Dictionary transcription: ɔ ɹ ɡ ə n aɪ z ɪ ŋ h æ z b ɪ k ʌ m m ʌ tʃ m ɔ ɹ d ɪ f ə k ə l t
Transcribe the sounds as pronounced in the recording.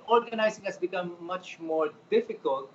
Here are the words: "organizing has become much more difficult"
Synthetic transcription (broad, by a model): ɔ ɹ ɡ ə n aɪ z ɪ ŋ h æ s b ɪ k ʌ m m ʌ tʃ m ɔ ɹ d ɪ f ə k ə l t